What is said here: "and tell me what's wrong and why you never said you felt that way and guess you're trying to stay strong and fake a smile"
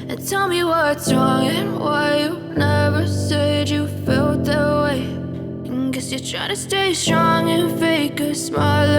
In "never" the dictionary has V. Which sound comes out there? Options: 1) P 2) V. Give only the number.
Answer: 2